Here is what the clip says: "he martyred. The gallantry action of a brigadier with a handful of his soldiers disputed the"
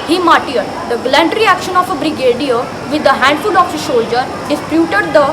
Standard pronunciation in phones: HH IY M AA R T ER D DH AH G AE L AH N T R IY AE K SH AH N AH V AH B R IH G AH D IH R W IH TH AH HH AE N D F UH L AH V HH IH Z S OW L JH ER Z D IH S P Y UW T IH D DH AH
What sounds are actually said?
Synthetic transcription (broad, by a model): HH IY M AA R T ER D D AH G L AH N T R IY AE K SH AH N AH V AH B R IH G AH D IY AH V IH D AH HH AE N D F UH L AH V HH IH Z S OW L JH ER D IH S P Y UW T IH D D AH